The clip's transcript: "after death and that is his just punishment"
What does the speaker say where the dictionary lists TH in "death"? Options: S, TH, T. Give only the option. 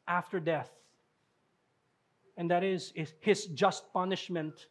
TH